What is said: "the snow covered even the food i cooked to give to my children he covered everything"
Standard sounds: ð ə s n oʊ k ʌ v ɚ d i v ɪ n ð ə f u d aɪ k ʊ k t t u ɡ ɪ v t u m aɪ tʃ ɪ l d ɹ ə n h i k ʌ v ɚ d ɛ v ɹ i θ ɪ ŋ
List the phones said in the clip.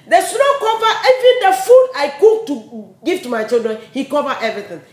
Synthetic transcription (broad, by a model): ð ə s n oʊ k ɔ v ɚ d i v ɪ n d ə f u d aɪ k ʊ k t t u ɡ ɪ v t u m aɪ tʃ ɪ l d ɹ ə n h i k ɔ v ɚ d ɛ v ɹ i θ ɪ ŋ